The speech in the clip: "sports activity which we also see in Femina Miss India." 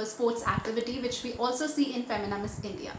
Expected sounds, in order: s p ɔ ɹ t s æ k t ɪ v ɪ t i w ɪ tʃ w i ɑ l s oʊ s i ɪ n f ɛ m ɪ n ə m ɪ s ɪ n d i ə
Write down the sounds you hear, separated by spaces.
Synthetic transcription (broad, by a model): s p ɔ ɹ t s æ k t ɪ v ɪ t i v ɪ tʃ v i ɑ l s oʊ s i ɪ n f ɛ m ɪ n ə m ɪ s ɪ n d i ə